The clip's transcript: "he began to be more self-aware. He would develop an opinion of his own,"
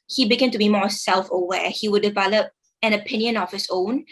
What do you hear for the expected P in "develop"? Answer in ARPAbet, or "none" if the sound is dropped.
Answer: P